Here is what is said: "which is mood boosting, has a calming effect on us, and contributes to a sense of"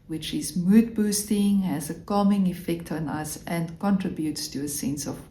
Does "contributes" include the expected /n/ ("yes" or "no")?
yes